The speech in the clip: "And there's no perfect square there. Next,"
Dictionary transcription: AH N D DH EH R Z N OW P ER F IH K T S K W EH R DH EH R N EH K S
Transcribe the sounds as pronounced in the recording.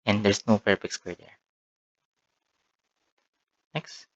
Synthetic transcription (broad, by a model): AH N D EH R S N OW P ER P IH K S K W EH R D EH R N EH K S